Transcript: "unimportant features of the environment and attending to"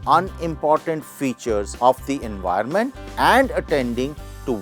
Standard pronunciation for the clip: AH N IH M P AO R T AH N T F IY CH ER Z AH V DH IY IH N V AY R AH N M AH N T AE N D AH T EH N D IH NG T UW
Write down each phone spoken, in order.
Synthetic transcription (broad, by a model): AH N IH M P AO R T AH N T F IY CH ER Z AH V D IY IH N V AY AH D M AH N T AE N D AH T EH N D IH NG T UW